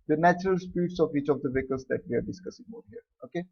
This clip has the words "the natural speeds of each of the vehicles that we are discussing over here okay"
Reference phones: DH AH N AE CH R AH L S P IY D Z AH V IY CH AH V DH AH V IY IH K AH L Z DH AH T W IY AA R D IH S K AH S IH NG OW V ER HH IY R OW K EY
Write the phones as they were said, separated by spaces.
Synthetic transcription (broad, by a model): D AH N AE CH R AH L S P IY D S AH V IY CH AH V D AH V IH K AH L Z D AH T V IY AA R D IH S K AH S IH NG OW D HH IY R OW K EY